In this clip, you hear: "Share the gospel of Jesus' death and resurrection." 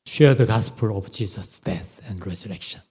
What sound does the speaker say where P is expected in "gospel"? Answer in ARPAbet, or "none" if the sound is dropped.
P